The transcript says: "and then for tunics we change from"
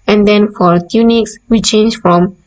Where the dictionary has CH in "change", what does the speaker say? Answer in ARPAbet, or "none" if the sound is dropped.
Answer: CH